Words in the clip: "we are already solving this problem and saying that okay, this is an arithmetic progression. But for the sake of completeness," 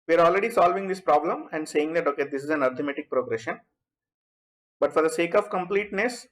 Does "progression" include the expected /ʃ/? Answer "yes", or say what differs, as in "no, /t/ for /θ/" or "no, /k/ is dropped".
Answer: yes